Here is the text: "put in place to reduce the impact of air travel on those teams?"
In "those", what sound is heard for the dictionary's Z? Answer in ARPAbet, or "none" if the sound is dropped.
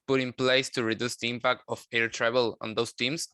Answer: S